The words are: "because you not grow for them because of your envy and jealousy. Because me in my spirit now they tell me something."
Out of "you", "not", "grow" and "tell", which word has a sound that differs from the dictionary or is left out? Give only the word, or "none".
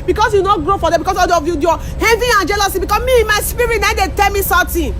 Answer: none